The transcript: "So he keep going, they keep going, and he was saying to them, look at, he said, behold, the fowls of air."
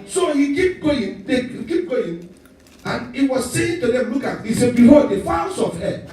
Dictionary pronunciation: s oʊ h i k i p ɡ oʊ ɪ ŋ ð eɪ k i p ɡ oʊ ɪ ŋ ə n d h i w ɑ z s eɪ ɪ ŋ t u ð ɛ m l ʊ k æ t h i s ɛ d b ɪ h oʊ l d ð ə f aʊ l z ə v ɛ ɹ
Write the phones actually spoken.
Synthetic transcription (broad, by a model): s oʊ h i k i p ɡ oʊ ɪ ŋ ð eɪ k i p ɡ oʊ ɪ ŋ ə n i w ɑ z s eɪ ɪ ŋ t u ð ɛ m l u k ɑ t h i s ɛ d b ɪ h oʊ d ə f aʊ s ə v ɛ